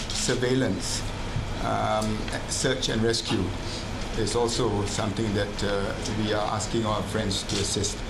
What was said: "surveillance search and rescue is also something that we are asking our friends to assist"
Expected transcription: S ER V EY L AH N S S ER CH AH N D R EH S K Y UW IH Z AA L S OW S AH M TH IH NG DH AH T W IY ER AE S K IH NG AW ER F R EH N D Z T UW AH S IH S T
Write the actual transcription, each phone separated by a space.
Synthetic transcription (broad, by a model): S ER V EY L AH N S S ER CH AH N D R EH S K Y UW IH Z AA L S OW S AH M T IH NG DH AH T W IY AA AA S K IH NG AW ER F R EH N D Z T UW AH S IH S T